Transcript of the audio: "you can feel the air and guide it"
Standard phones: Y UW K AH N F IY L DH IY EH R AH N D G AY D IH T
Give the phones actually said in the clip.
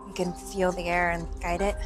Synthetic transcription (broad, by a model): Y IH K AH N F IY L DH IY EH R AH N G AY D IH T